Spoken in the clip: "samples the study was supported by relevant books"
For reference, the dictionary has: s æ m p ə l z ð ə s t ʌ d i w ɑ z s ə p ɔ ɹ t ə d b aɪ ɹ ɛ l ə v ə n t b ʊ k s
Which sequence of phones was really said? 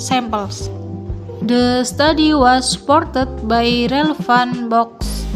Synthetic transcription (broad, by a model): s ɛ m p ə l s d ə s t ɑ d i w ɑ s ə p ɔ ɹ t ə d b aɪ ɹ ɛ l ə f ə n b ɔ k s